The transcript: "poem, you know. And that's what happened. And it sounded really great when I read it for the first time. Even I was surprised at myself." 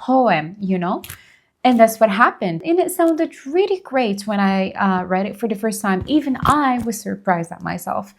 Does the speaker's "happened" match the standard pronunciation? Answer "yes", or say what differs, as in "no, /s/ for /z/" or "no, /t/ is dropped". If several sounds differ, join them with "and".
yes